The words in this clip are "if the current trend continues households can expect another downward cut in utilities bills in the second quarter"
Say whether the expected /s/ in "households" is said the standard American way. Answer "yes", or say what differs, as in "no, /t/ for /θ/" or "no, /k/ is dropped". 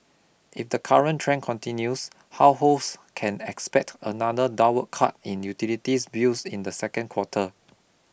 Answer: no, /s/ is dropped